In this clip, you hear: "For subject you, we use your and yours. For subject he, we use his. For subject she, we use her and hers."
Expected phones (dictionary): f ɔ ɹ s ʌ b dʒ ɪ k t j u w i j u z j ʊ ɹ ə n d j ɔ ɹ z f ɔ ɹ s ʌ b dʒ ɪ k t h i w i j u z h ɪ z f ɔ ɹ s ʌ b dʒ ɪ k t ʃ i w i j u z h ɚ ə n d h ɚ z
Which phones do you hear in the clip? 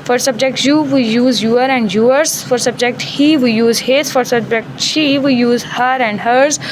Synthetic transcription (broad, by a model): f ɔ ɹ s ʌ b dʒ ɪ k t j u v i j u z j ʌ ɹ ə n d j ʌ ɹ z f ɔ ɹ s ʌ b dʒ ɪ k t h i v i j u z h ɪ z f ɔ ɹ s ʌ b dʒ ɪ k t ʃ i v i j u z h ɚ ə n d h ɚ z